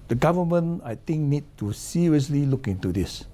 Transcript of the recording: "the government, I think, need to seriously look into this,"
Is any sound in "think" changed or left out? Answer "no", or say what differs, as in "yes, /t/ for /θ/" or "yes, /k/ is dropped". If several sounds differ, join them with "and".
yes, /t/ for /θ/